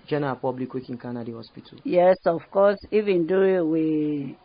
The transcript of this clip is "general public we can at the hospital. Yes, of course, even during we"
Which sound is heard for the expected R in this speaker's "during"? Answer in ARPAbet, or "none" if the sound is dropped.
none